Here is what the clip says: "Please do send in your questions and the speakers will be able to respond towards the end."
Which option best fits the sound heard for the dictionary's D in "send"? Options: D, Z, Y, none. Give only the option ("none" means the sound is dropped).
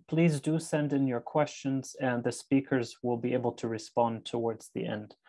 D